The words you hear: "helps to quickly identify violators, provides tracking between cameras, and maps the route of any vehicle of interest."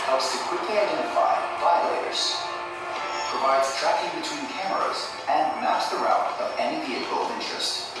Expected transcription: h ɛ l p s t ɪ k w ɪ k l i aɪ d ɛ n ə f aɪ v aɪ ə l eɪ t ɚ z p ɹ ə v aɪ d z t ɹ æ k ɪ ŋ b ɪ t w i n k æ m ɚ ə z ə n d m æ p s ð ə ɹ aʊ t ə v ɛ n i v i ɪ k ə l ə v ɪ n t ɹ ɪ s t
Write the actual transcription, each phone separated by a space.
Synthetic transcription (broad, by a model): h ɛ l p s t ɪ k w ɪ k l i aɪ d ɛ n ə f aɪ b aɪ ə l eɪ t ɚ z p ɹ ə v aɪ d z t ɹ æ k ɪ ŋ b ɪ t w i n k æ m ɚ ə z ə n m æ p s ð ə ɹ aʊ t ə v ɛ n i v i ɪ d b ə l ɪ n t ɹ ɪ s t